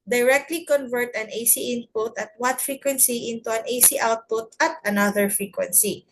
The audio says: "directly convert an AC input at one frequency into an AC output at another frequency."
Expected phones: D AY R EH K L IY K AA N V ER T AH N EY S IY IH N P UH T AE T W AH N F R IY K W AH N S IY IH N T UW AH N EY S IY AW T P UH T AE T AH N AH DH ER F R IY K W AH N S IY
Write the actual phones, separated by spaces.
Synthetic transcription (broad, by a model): D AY R EH K L IY K AA N V ER T AH N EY S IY IH N P UH T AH T W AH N F R IY K W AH N S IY IH N T UW AH N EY S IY AW T P UH T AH T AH N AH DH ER F R IY K W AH N S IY